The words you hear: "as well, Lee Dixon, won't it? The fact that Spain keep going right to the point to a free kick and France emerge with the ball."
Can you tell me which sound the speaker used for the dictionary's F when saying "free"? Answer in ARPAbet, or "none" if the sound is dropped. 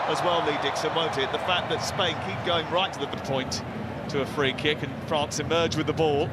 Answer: F